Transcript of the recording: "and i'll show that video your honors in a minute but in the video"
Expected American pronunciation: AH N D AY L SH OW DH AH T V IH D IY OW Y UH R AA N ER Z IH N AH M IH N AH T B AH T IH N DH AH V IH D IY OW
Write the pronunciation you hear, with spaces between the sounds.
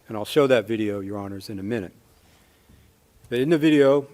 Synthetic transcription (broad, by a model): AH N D AY L SH OW DH AH T V IH D IY OW Y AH R AA N ER Z IH N AH M IH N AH T B AH T IH N DH AH V IH D IY OW